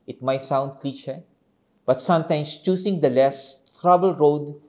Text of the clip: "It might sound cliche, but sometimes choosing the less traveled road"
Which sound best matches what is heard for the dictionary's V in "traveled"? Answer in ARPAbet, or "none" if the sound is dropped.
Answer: B